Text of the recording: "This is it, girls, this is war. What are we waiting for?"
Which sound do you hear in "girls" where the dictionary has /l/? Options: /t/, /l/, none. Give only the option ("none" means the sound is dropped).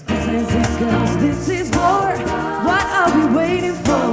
none